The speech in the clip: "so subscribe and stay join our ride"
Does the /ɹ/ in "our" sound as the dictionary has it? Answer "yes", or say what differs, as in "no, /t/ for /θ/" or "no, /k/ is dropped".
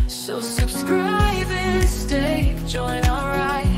no, /l/ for /ɹ/